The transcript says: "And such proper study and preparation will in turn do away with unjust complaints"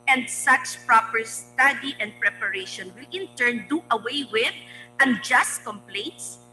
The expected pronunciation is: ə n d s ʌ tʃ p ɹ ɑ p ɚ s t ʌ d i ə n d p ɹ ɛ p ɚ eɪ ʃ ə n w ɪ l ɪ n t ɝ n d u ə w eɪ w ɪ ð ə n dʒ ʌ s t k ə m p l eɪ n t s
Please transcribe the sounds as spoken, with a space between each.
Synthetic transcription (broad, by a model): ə n d s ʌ s p ɹ ɑ p ɚ s t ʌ d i ə n d p ɹ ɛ p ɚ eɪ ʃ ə n w ɪ l ɪ n t ɝ n d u ə w eɪ w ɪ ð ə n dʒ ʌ s t k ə m p l eɪ n t s